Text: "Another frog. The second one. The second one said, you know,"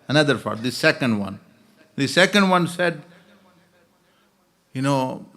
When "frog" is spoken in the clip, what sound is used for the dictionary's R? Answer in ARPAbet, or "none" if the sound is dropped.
none